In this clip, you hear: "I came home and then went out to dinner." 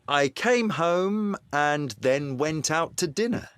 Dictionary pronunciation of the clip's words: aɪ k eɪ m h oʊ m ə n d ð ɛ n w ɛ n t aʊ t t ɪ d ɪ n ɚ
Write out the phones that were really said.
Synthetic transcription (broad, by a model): aɪ k eɪ m h oʊ m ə n ð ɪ n w ɛ n t aʊ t t ɪ d ɪ n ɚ